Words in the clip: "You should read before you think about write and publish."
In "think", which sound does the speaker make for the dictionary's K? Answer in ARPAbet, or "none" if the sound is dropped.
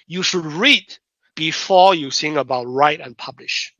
none